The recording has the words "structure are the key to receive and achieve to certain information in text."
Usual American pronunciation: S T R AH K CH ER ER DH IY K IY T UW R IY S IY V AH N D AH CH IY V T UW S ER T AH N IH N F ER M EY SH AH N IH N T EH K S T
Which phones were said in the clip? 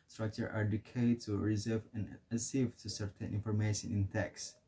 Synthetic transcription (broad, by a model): S T R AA K CH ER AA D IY K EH T UW R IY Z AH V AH N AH S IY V T UW S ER T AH N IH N F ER M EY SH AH N IH N T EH K S